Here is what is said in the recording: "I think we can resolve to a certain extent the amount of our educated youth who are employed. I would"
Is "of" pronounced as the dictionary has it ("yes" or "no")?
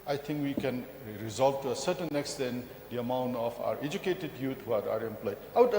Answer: no